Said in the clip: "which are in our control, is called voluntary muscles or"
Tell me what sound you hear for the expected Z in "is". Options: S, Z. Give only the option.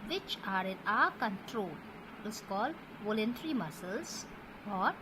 S